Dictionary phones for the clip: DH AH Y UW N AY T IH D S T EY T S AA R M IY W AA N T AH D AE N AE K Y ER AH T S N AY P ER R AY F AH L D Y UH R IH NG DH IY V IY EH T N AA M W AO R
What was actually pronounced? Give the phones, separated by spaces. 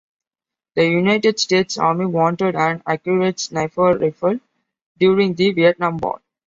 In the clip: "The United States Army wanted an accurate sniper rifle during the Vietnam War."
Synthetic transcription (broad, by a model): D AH Y UW N AY T IH D S T EY T S AA R M IY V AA N T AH D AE N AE K Y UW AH T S N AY F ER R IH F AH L D Y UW R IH NG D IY V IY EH T N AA M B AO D